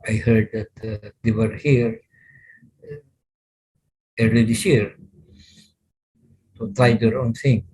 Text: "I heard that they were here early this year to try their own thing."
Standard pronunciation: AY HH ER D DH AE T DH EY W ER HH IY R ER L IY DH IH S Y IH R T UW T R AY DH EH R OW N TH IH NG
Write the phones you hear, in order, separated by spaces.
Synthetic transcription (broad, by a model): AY HH ER D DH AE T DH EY W ER HH IY R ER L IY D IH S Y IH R T UW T AY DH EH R OW N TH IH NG